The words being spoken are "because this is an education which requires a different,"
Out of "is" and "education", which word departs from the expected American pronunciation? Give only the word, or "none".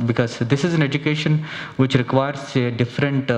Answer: none